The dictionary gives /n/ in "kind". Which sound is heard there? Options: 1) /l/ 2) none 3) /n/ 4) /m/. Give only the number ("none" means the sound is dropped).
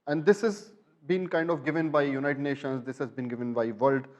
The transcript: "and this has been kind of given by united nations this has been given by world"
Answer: 3